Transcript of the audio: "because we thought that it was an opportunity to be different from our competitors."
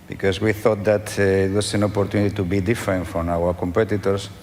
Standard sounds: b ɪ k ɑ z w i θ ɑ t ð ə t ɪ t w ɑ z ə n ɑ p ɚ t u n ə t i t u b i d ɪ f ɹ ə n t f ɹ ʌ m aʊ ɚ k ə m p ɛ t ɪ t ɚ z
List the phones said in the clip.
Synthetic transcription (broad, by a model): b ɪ k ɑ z w i θ ɑ t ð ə t ɪ t w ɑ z ə n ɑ p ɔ t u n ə t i t u b i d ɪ f ɹ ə n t f ɹ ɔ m aʊ ɚ k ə m p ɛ t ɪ t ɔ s